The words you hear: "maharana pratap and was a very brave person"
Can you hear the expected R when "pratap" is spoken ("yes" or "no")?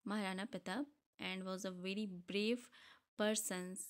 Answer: no